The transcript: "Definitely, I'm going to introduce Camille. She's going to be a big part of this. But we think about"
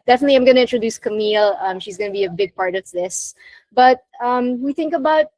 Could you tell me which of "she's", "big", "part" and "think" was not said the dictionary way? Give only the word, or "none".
none